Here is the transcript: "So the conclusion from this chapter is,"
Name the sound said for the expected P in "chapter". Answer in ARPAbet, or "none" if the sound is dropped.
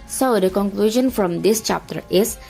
P